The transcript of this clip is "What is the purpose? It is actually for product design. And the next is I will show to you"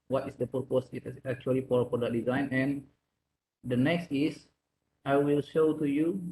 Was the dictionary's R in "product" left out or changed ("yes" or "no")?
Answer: yes